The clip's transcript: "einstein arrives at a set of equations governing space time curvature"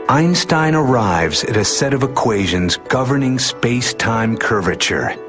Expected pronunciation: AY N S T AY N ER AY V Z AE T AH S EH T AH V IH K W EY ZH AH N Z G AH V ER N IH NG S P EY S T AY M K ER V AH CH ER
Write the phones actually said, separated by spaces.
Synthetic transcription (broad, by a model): AY N S T AY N ER AY V Z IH T AH S EH T AH V IH K W EY ZH AH N Z G AH V ER N IH NG S P EY S T AY M K ER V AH CH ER